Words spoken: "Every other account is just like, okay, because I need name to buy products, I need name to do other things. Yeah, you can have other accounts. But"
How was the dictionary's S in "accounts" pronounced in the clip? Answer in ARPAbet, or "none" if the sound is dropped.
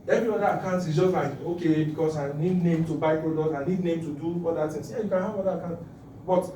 none